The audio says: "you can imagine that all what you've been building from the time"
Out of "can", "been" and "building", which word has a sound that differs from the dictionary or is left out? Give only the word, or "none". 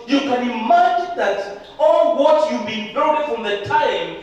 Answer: building